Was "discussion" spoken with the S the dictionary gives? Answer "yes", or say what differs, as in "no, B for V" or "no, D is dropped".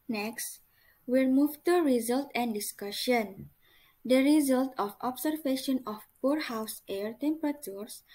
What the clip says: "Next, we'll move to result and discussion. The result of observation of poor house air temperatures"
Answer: yes